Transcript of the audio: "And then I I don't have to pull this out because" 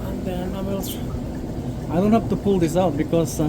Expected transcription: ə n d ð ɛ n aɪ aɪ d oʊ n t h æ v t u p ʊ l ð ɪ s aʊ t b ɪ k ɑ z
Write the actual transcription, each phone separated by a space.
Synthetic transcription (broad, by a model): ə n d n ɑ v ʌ aɪ d oʊ n t h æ f t u p ʊ l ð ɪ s aʊ t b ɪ k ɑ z